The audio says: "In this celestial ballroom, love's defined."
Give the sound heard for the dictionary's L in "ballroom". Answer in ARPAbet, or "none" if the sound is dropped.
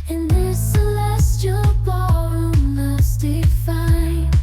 none